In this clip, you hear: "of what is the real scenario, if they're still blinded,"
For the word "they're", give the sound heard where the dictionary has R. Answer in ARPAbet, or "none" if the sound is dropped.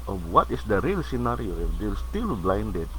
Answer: L